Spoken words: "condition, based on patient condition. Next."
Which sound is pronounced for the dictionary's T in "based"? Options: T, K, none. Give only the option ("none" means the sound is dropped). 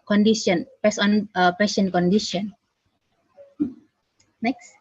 none